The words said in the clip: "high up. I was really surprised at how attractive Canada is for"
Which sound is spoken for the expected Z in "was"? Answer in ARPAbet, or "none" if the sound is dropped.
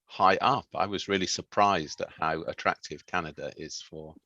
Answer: Z